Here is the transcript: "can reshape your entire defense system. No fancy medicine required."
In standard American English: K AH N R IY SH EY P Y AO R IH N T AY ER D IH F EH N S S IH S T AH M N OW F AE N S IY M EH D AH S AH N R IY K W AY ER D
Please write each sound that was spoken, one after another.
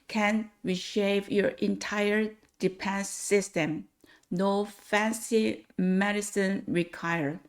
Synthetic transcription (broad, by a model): K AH N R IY SH EY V Y AO R IH N T AY ER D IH P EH N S S IH S T AH M N OW F AE N S IY M EH D AH S AH N R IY K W AY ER